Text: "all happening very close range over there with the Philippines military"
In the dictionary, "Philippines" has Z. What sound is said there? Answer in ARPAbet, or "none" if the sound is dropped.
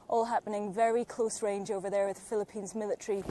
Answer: Z